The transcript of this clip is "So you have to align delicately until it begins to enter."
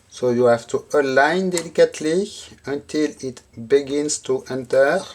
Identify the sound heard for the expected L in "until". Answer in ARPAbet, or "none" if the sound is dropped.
L